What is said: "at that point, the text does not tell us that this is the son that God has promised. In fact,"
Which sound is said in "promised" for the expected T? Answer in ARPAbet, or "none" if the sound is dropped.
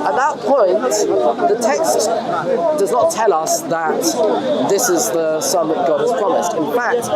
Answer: T